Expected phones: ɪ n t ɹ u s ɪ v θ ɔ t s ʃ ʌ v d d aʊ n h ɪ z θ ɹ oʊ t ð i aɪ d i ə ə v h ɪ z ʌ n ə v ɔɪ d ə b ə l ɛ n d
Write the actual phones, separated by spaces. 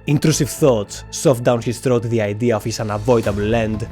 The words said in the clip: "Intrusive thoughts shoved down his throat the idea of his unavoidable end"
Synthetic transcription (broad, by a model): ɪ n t ɹ u s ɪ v θ ɔ t s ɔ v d d aʊ n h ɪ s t ɹ oʊ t ð i aɪ d i ə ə f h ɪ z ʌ n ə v ɔɪ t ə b l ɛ n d